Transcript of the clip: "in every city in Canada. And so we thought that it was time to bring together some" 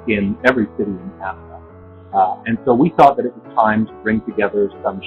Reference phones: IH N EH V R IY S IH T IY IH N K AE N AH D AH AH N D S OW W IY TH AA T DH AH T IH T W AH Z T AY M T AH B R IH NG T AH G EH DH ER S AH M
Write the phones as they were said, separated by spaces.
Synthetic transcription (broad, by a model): IH N EH V R IY S IH T IY IH N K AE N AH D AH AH N S OW W IY TH AA T DH AH T IH T W AH Z T AY M T AH B R IH NG T AH G EH DH ER S AH M